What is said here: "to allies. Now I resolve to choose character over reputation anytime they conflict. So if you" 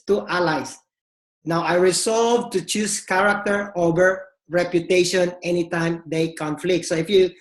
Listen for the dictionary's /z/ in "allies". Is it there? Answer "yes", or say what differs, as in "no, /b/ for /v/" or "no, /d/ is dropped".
no, /s/ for /z/